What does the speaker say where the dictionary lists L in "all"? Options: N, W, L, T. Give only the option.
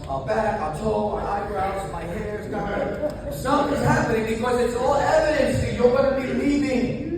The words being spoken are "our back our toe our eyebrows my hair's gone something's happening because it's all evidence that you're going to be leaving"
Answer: L